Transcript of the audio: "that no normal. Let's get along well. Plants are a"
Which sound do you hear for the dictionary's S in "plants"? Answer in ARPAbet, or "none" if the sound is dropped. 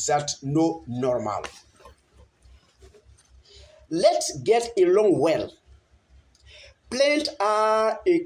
none